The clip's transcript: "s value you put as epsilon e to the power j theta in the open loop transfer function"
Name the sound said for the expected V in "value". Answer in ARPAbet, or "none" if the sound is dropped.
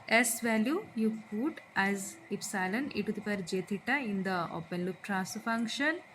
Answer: V